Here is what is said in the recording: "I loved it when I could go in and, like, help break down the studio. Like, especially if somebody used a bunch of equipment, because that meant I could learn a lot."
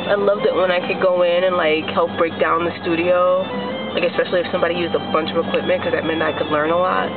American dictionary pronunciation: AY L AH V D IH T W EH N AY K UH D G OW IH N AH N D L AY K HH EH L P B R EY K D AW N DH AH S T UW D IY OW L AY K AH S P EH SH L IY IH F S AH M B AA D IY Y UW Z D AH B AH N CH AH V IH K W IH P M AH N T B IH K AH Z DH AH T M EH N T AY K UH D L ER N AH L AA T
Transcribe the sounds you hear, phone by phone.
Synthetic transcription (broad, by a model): AY L AH V D IH T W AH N AY K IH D G OW IH N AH N L AY K HH EH L P B R EY K D AW N DH AH S T UW D IY OW L AY K AH S P EH SH L IY IH F S AH M B AA D IY Y UW Z D AH B AH N CH AH V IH K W IH P M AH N K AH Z DH AH T M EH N AY K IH D L ER N AH L AA T